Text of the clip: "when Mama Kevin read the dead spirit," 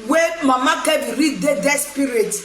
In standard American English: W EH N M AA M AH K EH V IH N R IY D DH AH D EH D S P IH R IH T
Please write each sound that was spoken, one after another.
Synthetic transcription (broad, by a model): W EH M AA M AH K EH B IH R IY D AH D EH S P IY R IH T